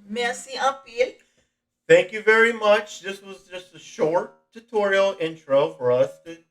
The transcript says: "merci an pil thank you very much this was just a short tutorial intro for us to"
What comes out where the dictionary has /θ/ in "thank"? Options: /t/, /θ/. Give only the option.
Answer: /θ/